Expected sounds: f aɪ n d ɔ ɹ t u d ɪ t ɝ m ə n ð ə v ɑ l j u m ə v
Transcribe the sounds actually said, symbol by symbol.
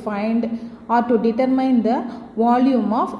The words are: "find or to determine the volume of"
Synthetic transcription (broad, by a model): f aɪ n d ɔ ɹ t u d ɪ t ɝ m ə n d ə v ɑ l j u m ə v